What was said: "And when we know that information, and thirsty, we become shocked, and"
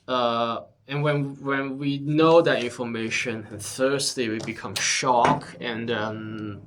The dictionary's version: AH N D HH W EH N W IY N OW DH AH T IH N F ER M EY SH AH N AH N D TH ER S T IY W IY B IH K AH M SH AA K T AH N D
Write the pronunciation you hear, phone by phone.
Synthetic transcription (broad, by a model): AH N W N W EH N W IY N OW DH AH T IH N F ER M EY SH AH N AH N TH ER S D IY W IY B IH K AH M SH AA K AH N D